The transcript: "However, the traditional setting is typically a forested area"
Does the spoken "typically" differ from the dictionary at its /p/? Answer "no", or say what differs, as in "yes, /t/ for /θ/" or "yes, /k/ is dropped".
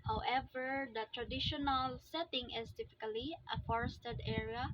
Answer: yes, /f/ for /p/